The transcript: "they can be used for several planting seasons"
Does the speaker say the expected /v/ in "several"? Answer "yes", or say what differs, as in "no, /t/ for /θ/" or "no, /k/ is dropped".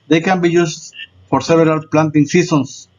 no, /b/ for /v/